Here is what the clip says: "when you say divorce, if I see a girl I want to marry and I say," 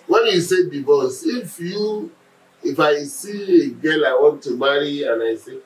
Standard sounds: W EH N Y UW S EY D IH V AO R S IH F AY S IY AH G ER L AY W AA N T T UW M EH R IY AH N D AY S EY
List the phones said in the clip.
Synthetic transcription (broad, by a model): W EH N Y UW S EY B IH B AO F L IH F AY S IY AH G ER L AY W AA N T T UW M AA R IY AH N AY S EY